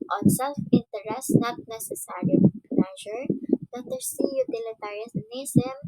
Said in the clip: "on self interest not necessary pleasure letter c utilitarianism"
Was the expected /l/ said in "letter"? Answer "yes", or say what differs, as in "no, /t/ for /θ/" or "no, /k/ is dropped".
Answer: no, /n/ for /l/